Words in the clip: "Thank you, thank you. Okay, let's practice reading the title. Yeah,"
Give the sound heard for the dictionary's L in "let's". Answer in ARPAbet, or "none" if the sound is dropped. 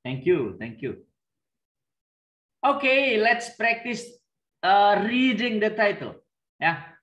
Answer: L